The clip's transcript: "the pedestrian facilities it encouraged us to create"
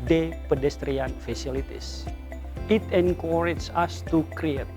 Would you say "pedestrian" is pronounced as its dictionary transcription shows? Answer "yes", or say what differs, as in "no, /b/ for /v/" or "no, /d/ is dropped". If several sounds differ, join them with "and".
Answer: yes